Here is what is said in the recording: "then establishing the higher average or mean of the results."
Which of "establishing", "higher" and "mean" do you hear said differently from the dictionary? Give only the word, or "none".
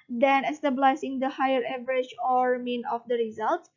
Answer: establishing